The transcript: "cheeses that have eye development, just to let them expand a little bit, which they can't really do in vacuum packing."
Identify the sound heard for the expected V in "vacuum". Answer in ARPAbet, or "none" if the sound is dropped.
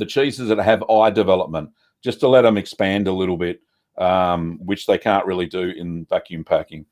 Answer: V